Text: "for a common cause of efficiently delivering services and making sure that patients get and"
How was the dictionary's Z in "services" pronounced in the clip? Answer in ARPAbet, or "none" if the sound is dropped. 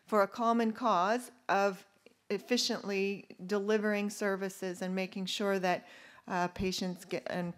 Z